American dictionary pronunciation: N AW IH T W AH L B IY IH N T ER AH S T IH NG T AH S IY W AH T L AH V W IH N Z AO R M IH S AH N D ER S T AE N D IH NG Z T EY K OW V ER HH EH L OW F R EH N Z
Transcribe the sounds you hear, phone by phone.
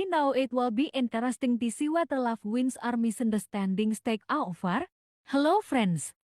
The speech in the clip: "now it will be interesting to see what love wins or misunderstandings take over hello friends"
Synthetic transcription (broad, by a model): N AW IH T W AH L B IY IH N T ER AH S T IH NG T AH S IY W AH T L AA F W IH N S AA R M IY S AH N D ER S T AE N D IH NG S T EY K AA F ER HH EH L OW F R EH N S